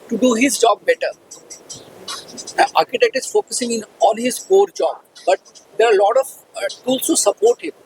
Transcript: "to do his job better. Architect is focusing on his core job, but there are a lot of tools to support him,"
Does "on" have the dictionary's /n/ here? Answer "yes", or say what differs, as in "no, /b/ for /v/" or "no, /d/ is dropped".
no, /l/ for /n/